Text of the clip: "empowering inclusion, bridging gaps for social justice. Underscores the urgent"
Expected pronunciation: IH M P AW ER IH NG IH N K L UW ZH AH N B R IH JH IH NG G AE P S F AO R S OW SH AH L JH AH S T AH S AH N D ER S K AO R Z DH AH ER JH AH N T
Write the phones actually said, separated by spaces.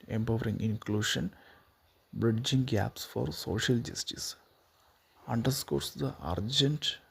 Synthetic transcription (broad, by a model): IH M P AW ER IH NG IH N K L UW SH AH N B R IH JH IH NG G AE P S F AO R S OW SH AH L JH AH S T AH S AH N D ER S K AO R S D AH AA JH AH N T